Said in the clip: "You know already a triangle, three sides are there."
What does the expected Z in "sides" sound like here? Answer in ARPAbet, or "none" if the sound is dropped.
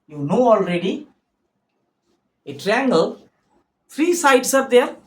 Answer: S